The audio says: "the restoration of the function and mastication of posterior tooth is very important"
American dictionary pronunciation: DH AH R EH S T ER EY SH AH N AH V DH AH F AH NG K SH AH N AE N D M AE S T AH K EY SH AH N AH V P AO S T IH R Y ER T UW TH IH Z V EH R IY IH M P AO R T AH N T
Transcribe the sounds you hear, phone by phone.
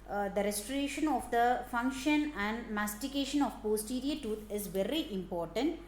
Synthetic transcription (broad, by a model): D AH R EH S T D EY SH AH N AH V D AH F AH NG K SH AH N AE N D M AE S T AH K EY SH AH N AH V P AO S T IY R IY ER T UW T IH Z V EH R IY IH M P AO R T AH N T